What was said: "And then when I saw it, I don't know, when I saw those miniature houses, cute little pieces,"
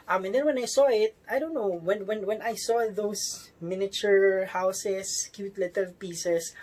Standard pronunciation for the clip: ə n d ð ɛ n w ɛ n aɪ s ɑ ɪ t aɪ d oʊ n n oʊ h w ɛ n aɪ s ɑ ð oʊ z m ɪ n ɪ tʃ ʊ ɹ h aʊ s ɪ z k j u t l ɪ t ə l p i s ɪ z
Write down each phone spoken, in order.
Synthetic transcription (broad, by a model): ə n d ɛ n w ɛ n aɪ s ɑ ɪ t aɪ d oʊ n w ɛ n w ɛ n aɪ s ɑ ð oʊ s m ɪ n ɪ tʃ ʊ ɹ h aʊ s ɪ s k j u t l ɪ t ə l p i s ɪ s